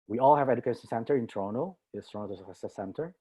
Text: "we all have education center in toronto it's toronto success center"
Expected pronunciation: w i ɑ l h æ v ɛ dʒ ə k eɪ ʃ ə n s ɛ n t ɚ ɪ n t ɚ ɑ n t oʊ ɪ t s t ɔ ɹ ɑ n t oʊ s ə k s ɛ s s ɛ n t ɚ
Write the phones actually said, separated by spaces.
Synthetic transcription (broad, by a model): w i ɑ l h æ v ɛ dʒ ə k eɪ ʃ ə n s ɛ n t ɚ ɪ n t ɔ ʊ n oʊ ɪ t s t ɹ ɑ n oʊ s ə s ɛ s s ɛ n t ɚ